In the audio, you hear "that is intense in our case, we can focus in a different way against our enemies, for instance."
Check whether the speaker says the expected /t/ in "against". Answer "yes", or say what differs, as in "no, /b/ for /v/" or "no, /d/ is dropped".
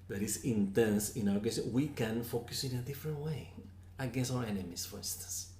no, /t/ is dropped